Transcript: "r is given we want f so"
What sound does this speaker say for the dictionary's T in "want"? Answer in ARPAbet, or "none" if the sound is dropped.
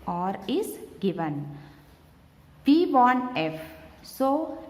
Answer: none